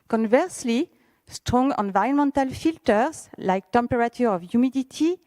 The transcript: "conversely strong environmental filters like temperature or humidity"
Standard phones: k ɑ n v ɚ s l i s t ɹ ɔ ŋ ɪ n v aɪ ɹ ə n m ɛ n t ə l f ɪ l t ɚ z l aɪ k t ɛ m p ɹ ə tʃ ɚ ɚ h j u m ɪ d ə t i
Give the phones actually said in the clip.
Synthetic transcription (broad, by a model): k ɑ n v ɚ s l i s t ɹ ɔ ŋ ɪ n v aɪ ə n m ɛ n t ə l f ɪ l t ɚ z l aɪ k t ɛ m p ɹ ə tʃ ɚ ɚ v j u m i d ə t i